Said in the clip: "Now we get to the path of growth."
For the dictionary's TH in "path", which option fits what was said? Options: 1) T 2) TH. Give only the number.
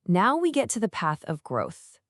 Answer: 2